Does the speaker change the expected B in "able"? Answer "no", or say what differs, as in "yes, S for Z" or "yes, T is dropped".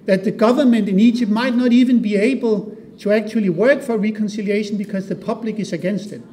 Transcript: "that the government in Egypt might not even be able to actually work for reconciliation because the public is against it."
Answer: no